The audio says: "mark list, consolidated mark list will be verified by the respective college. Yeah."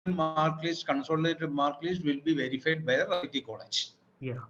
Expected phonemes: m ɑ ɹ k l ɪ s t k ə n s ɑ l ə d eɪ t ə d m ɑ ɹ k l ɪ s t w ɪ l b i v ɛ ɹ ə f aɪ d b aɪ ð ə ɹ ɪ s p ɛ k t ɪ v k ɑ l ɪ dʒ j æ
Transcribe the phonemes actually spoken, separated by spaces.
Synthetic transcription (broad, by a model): m ɑ ɹ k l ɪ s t k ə n s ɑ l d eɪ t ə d m ɑ ɹ k l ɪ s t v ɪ l b i v ɛ ɹ ə f aɪ d b aɪ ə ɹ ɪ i t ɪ k ɑ l ɪ dʒ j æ